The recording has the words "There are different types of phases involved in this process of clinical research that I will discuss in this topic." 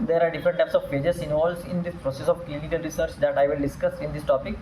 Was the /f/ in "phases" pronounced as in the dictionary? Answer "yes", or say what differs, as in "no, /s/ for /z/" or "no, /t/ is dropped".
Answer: no, /p/ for /f/